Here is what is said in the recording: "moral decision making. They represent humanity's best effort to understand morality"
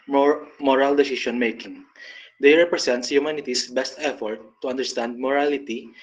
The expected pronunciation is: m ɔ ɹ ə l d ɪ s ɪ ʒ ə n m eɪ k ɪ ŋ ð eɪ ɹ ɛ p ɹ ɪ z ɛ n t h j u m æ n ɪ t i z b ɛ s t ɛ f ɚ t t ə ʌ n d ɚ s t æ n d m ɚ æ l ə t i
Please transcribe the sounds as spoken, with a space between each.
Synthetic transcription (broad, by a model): m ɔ ɹ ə l d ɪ s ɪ ʃ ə n m eɪ k ɪ ŋ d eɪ ɹ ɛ p ɹ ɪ s ɛ n t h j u m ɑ n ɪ t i s b ɛ s t ɛ f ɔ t t ə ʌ n d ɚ s t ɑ n d m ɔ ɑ l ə t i